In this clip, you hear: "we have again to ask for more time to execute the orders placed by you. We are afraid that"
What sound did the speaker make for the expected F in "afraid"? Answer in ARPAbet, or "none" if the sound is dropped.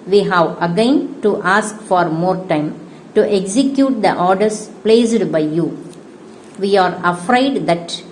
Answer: F